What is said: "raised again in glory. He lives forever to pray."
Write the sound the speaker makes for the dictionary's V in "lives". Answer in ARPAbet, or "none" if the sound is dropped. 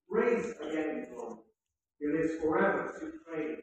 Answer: none